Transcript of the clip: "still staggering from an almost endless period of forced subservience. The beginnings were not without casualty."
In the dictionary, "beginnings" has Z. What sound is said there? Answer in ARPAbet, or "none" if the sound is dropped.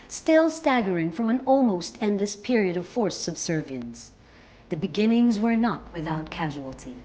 Z